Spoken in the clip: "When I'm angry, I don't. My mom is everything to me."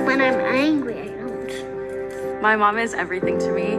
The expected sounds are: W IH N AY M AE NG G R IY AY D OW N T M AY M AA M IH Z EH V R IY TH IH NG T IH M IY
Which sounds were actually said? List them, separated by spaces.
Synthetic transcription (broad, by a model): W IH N AY M AE NG G R IY AY D OW N T M AY M AA M IH Z EH V R IY TH IH NG T IH M IY